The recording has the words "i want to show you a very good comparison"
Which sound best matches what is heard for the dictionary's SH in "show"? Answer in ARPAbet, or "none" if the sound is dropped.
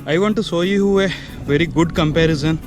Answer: S